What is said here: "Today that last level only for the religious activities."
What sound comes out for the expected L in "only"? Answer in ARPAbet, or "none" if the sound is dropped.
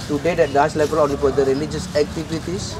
none